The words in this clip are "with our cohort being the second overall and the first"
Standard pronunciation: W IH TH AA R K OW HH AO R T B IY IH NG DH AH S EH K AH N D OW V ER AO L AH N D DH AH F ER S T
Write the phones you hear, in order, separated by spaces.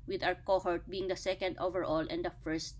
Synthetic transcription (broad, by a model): W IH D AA W K OW HH AO R T B IY IH NG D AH S EH K AH N D OW V ER AO L AH N D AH F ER S T